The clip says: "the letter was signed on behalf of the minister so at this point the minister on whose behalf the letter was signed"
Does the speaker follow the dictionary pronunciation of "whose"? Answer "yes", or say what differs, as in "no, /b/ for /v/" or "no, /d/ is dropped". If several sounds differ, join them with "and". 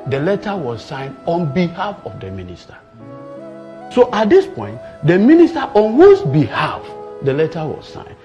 no, /s/ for /z/